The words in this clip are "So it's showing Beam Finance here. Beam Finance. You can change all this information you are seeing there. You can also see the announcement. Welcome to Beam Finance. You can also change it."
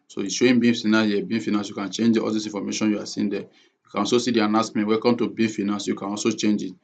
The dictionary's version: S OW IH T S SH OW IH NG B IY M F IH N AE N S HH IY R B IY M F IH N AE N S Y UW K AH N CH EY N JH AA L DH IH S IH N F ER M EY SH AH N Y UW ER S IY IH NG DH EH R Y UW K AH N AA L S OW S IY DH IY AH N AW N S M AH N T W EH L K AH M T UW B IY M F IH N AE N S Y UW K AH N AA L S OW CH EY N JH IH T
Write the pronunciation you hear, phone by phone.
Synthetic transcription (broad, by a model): S OW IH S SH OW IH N B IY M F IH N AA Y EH B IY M F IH N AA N S Y UW K AH N CH EY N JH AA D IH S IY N F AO M EY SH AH N Y UW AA S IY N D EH Y UW K AH N AA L S OW S IY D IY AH N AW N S M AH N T W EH K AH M T UW B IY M F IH N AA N S Y UW K AH N AA L S OW CH EY N JH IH T